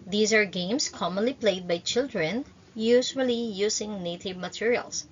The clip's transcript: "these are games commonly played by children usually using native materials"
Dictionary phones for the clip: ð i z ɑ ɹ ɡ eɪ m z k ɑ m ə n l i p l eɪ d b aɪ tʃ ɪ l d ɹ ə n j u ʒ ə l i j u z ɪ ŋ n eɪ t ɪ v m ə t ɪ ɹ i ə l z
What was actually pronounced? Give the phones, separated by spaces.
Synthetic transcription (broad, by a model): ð i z ɑ ɹ ɡ eɪ m s k ɑ m ə n l i p l eɪ d b aɪ tʃ ɪ l d ɹ ə n j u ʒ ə l i j u s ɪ ŋ n eɪ t ɪ v m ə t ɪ ɹ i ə l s